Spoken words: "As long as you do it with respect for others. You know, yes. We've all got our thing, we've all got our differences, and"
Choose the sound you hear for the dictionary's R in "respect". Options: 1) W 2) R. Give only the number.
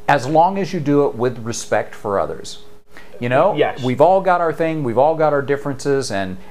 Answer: 2